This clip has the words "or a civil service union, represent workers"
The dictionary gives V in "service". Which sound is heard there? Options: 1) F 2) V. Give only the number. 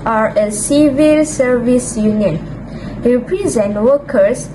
2